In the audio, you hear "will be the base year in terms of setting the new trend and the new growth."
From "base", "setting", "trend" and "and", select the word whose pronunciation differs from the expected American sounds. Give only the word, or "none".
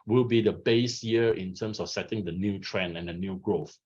trend